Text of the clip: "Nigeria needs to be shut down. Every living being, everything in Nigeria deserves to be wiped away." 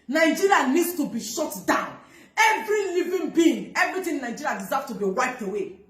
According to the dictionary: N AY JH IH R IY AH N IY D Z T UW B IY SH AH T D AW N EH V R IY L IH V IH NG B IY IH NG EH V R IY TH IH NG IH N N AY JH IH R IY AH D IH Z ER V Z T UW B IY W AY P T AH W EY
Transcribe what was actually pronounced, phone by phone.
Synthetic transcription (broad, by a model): N AY JH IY R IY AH N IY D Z T UW B IY SH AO T D AW N EH V R IY L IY V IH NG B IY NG EH V R IY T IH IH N N AY JH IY R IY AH D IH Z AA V T UW B IY W AY P T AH W EY